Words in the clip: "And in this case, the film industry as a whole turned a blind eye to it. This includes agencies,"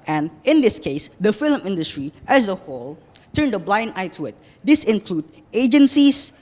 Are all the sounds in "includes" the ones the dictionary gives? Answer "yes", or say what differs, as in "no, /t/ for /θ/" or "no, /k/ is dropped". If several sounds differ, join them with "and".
no, /z/ is dropped